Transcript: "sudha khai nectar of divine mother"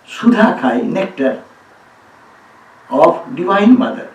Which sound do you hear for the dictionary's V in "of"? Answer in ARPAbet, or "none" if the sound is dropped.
B